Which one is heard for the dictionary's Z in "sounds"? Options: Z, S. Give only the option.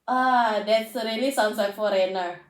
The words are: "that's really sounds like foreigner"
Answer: S